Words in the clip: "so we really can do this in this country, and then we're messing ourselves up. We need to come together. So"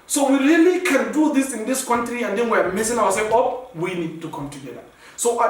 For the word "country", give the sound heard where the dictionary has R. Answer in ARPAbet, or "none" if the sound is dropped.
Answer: R